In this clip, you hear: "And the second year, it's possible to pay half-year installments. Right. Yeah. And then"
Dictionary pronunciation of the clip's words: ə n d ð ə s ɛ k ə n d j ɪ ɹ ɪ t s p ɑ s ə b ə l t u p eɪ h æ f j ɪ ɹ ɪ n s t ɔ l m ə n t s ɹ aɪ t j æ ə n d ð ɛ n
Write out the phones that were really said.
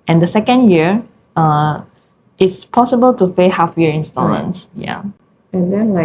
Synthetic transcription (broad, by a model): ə n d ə s ɛ k ə n d j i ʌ ɪ t s p ɑ s ə b ə l t u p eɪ h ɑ f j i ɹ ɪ n s t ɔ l ə n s j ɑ ə n d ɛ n